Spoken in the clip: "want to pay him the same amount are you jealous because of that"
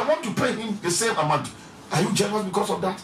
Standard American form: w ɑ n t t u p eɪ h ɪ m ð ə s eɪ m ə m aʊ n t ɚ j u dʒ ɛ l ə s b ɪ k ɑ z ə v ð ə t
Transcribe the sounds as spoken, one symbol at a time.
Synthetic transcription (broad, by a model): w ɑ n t t u p eɪ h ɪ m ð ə s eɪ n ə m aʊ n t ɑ j u dʒ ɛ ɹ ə b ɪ k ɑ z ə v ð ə t